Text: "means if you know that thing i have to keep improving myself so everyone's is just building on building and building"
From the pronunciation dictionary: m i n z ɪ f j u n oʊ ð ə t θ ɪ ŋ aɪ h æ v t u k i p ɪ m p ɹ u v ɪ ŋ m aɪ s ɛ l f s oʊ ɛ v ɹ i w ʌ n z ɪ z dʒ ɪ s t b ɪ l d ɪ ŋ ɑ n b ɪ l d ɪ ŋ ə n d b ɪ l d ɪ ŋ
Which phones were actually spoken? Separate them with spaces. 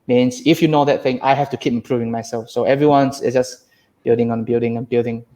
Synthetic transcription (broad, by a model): m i n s ɪ f j u n oʊ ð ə t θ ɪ ŋ aɪ h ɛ f t u k i p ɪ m p ɹ u v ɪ ŋ m aɪ s ɛ l f s oʊ ɛ v ɹ i w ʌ n s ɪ s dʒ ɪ s b ɪ l d ɪ ŋ ɑ n b ɪ l d ɪ ŋ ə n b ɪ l d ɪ ŋ